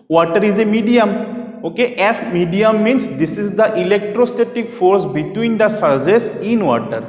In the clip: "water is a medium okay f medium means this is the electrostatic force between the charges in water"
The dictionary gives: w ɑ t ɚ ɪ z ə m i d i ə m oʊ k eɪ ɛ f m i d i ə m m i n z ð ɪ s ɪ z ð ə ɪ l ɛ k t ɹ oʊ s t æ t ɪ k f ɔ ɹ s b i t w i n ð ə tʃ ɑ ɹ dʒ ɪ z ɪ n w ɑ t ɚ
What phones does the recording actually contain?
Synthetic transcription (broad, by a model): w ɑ t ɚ ɪ z ə m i d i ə m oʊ k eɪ ɛ f m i d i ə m m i n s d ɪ s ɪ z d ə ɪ l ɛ k t ɹ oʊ s t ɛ t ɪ k f ɔ ɹ s b i t w i n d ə s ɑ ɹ z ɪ s ɪ n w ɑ t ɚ